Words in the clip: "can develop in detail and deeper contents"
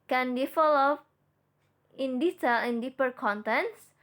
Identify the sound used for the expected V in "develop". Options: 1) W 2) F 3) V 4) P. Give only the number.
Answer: 2